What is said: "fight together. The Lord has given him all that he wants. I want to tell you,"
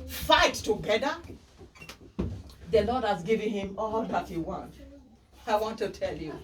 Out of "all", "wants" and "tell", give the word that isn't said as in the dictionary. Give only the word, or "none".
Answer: wants